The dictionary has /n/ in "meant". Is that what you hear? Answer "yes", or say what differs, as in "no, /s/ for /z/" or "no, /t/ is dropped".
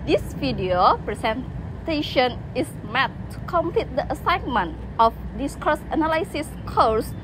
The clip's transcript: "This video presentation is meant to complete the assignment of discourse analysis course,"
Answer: no, /n/ is dropped